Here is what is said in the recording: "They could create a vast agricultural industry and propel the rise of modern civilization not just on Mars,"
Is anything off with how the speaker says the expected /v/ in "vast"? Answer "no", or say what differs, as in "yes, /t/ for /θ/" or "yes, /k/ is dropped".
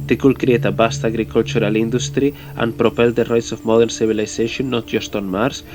yes, /b/ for /v/